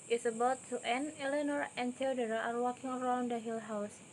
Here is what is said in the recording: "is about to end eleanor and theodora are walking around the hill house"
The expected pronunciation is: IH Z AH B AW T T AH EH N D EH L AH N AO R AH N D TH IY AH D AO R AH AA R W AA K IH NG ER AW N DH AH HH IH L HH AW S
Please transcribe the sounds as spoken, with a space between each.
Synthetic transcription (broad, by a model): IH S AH B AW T T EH N EH L AH N AO R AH N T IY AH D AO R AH AA R W AA K IH NG ER AW N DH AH HH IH L HH AW S